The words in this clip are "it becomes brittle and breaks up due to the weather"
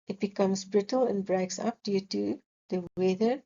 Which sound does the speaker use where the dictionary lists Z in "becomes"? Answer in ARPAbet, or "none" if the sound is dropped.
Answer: S